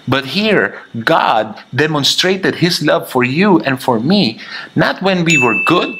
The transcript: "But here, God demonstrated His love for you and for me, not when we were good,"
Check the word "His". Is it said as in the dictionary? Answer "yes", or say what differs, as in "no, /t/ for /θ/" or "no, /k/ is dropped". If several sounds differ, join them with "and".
no, /s/ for /z/